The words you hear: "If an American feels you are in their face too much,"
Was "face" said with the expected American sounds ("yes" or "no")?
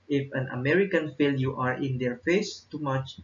yes